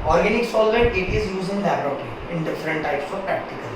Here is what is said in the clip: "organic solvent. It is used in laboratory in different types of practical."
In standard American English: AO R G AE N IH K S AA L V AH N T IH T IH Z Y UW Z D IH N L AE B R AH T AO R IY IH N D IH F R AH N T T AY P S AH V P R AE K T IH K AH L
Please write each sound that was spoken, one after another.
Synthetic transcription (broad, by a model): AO R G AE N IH K S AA L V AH T IH T IH Z Y UW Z IH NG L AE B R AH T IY IH N D IH F R AH N T T AY P S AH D P R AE K T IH K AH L